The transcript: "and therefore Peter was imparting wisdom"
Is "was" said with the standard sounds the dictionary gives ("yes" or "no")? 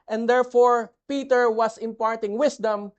no